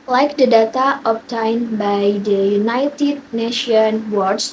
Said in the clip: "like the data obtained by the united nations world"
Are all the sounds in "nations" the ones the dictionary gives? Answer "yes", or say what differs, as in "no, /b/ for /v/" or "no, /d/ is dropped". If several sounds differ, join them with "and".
no, /z/ is dropped